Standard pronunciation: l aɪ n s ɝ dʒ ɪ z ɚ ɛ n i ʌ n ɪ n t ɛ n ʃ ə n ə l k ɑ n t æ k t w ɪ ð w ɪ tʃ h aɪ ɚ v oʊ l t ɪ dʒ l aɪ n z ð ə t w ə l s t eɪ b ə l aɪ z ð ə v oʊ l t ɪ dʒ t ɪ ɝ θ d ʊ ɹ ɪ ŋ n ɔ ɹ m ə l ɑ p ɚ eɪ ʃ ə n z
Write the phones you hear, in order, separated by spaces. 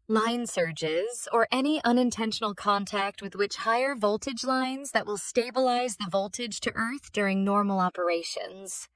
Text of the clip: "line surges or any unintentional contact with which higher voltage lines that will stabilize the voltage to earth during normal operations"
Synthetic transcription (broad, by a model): l aɪ n s ɝ dʒ ɪ z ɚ ɛ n i ʌ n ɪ n t ɛ n ʃ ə n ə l k ɑ n t æ k t w ɪ ð w ɪ tʃ h aɪ ɚ v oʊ l t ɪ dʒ l aɪ n z ð ə t w ə l s t eɪ b ə l aɪ z ð ə v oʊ l t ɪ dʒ t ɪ ɝ θ d ʊ ɹ ɪ ŋ n ɔ ɹ m l ɑ p ɚ eɪ ʃ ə n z